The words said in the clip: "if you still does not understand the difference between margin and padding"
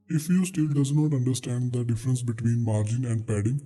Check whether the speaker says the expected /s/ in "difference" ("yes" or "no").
yes